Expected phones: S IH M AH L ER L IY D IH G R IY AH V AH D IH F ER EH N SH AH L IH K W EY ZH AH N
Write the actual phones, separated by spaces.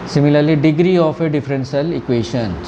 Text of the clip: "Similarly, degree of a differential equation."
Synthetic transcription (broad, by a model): S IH M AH L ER L IY D IH G R IY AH F AH D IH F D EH N S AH L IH K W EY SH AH N